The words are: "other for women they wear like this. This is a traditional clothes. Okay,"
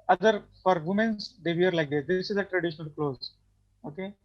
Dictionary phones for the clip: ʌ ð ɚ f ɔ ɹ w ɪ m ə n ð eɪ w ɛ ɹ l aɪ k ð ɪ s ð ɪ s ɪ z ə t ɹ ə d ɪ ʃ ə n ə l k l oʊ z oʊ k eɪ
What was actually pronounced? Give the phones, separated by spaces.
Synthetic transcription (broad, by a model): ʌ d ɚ f ɔ ɹ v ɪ m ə n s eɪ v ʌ ɹ l aɪ k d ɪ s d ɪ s ɪ z ə t ɹ ə d ɪ ʃ ə n ə l k l oʊ z oʊ k eɪ